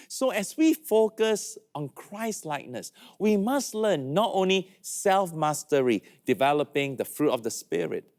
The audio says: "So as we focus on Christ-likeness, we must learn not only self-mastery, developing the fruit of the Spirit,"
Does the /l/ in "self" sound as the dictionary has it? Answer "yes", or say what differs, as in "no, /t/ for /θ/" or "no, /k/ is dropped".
yes